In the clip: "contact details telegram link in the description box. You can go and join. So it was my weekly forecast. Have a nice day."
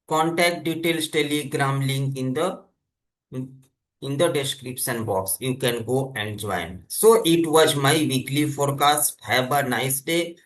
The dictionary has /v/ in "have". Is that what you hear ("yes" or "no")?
no